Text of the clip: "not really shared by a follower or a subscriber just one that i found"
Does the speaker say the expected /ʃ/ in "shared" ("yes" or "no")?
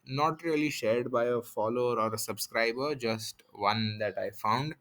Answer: yes